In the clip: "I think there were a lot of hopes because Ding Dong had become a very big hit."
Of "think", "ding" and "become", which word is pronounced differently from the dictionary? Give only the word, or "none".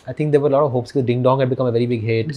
think